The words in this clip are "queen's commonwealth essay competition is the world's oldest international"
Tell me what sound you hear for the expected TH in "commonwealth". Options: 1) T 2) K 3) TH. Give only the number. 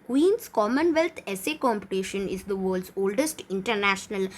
1